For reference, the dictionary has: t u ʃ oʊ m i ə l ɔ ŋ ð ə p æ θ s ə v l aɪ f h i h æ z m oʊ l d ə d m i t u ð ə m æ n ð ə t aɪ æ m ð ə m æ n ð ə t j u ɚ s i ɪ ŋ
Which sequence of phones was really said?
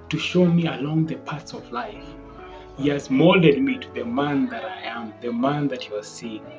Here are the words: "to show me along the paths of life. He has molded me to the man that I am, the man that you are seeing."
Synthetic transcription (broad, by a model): t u ʃ oʊ m i ə l ɔ ŋ ð ə p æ t s ə v l aɪ f h i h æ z m oʊ l d ə d m i t u ð ə m æ n ð ə t aɪ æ m ð ə m æ n ð ə t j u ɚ s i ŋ